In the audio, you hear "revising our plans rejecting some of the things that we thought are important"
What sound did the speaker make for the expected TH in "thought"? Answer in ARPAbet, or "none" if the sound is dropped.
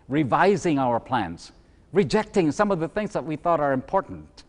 TH